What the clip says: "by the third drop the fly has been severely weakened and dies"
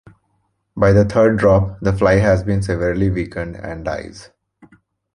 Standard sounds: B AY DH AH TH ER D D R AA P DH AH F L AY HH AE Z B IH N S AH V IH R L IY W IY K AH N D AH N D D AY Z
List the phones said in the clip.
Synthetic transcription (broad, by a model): B AY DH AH T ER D D R AA P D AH F L AY HH AE Z B IH N S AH V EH R L IY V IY K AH N D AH N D D AY Z